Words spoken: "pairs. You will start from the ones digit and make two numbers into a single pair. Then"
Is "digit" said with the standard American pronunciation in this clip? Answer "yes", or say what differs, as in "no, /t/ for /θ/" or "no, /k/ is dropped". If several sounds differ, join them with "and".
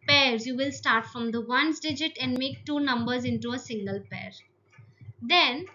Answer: yes